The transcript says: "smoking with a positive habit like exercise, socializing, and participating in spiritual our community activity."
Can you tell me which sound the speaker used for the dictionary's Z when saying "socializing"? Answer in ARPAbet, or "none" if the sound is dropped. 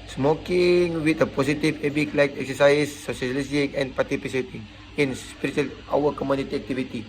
S